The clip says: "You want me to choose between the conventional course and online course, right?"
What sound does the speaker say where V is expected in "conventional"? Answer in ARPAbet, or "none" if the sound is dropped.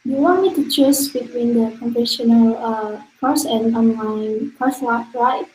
F